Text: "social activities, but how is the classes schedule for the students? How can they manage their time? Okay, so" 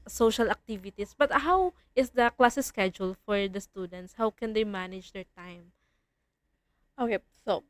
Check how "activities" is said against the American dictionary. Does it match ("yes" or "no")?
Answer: no